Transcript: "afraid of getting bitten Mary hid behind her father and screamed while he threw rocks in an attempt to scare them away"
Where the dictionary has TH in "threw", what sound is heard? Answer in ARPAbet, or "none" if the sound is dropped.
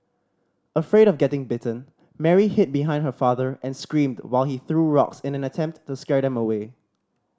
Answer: TH